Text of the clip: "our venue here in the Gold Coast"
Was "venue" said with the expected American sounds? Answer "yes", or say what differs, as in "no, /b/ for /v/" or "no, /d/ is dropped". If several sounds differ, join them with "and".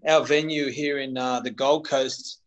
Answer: yes